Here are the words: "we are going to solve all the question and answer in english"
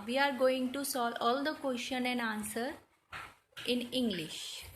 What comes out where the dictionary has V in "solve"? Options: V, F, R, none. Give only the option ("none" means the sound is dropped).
none